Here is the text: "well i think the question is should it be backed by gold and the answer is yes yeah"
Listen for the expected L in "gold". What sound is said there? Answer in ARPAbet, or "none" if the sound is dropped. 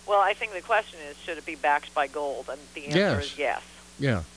L